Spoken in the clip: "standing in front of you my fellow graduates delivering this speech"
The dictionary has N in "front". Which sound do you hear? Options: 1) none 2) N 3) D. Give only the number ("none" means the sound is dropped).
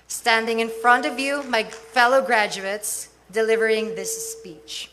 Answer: 2